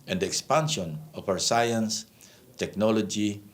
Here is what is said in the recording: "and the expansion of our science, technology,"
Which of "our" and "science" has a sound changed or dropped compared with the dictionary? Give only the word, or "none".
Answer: our